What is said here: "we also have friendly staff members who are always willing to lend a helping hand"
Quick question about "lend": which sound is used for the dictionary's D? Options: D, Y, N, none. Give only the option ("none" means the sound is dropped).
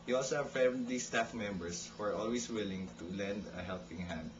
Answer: D